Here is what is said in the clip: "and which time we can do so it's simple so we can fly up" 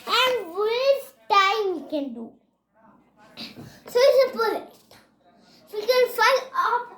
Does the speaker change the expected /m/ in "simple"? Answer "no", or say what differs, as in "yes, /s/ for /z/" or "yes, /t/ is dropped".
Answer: yes, /m/ is dropped